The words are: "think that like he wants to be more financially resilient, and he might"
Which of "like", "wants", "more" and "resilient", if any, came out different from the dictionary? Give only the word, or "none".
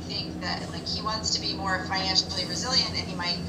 none